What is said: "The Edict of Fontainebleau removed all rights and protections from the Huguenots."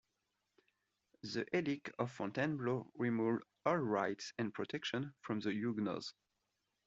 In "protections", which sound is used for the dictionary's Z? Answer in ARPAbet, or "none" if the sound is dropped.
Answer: none